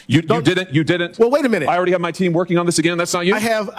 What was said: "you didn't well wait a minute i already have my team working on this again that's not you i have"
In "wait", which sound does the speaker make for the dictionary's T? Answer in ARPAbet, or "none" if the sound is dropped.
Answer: T